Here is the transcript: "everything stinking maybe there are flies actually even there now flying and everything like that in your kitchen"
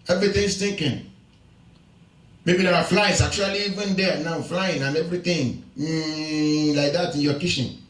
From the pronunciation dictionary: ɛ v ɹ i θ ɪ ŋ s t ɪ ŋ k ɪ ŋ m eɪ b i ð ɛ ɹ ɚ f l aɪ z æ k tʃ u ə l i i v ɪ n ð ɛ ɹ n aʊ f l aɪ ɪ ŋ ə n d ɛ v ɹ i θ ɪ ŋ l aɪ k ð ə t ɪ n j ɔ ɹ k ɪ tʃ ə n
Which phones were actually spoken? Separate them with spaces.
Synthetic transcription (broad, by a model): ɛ v ɹ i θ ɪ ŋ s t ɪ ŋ k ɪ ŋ m eɪ b i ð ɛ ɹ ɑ f l aɪ s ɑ k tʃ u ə l i i v ɪ n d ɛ n aʊ f l aɪ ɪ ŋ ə n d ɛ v ɹ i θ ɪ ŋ l aɪ k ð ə t ɪ n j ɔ k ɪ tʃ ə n